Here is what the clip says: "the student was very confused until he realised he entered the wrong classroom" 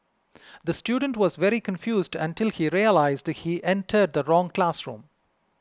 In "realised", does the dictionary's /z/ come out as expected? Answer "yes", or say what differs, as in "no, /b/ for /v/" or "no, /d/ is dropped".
yes